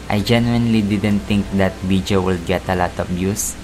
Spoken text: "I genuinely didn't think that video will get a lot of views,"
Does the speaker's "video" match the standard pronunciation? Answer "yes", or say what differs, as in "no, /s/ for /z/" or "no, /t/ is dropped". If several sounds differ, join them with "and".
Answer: no, /b/ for /v/